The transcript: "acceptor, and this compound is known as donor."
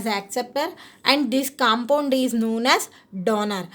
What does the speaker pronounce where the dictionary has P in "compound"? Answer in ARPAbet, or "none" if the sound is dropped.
P